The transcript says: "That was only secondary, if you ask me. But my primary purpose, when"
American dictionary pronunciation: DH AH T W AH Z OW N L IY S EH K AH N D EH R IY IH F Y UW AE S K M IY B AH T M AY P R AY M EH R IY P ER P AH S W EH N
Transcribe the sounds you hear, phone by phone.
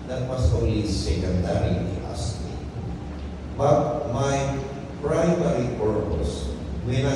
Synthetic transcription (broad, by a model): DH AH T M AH S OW L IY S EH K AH N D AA R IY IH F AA S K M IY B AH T M AY P R AY M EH R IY P ER P AH S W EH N